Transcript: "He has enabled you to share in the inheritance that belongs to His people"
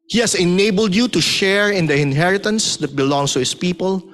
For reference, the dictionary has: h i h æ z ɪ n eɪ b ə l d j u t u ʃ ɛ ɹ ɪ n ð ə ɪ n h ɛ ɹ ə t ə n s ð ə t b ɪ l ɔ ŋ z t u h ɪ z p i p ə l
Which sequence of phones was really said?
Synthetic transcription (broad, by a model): h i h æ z ɪ n eɪ b ə l d j u t u ʃ ɛ ɹ ɪ n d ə ɪ n h ɛ ɹ ə t ə n s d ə t b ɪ l ɔ ŋ s t u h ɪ s p i p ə l